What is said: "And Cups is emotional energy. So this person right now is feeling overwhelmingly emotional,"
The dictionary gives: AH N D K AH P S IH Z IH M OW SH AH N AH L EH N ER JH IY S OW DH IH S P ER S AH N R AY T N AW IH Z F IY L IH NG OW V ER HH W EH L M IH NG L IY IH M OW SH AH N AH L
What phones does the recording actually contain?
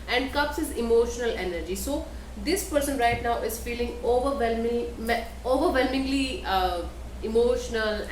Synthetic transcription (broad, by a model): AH N D K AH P S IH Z IH M OW SH AH N AH L EH N ER JH IY S OW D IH S P ER S AH N R AY T N AW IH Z F IY L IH NG OW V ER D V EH L M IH NG L IY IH M OW SH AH N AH L